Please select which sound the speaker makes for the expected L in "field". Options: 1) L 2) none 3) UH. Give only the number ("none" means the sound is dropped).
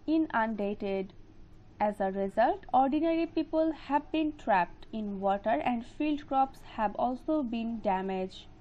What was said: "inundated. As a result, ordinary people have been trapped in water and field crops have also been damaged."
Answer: 1